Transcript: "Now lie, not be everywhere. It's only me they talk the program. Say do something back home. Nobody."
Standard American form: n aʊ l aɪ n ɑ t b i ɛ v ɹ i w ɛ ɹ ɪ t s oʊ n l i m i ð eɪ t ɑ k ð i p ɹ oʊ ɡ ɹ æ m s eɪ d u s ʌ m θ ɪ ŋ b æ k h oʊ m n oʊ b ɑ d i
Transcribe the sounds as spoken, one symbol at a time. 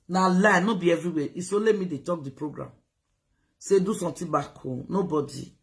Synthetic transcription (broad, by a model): n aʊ l aɪ n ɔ b i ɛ v ɹ i w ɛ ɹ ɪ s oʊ l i m i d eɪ t ɑ k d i p ɹ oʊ ɡ ɹ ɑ m s eɪ d u s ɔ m t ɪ b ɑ k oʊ n oʊ b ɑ d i